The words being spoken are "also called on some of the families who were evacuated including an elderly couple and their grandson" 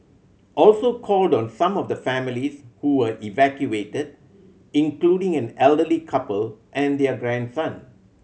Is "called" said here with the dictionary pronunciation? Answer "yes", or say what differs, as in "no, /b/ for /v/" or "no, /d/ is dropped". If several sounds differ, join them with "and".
yes